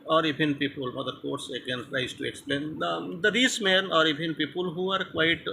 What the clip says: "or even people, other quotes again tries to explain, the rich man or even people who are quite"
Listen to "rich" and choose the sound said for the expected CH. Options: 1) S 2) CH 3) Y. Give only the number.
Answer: 1